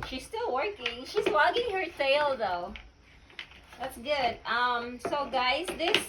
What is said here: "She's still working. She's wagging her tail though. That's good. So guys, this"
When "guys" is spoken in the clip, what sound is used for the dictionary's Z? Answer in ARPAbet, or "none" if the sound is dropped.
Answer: Z